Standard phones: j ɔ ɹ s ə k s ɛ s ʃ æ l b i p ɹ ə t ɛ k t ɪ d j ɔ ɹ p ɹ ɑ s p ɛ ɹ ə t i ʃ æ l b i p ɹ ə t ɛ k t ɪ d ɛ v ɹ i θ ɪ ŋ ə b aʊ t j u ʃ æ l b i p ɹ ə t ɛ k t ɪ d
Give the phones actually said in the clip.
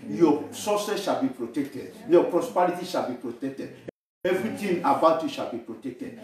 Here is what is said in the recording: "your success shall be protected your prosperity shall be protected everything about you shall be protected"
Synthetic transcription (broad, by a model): j ɔ s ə s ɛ s ʃ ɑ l b i p ɹ ə t ɛ k t ɪ d j ɔ p ɹ ɑ s p ɛ ɹ ə t i ʃ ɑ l b i p ɹ ə t ɛ k t ɪ d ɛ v ɹ i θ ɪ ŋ ə b aʊ t j u ʃ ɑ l b i p ɹ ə t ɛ k t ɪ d